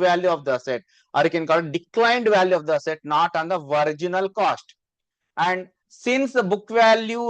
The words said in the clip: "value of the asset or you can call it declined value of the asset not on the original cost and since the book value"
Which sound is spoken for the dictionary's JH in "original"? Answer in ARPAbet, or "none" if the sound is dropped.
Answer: JH